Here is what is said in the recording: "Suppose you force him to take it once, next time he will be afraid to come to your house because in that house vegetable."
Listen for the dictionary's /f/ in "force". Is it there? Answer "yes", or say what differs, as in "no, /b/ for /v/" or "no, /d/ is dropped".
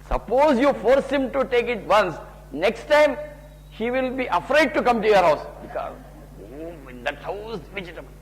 yes